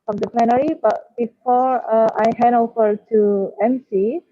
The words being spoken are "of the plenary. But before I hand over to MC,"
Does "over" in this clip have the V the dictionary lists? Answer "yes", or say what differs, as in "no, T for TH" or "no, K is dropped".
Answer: no, F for V